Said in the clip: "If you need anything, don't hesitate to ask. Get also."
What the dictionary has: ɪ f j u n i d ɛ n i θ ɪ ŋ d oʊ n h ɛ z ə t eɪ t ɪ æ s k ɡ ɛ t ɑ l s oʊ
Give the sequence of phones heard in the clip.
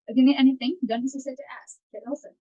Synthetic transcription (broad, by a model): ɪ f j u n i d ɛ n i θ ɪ ŋ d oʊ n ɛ s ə s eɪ t ɪ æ s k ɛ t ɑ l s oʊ